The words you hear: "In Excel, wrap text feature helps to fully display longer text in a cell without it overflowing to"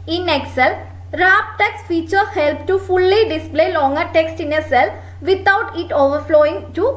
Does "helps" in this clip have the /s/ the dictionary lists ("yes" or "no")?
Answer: no